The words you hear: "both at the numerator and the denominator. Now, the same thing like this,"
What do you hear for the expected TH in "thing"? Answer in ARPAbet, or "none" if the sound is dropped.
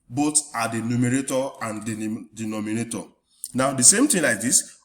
T